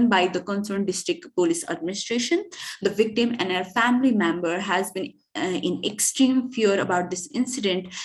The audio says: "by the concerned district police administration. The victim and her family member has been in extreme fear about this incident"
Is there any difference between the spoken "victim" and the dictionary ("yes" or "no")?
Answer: no